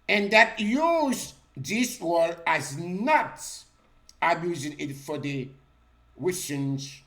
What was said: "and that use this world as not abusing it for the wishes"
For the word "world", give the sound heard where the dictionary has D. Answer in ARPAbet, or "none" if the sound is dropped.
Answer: none